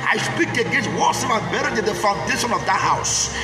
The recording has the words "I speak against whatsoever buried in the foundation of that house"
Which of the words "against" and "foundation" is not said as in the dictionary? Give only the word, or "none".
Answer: against